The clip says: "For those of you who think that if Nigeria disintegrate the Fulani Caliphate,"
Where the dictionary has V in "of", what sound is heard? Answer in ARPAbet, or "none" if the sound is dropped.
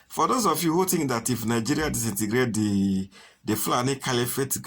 F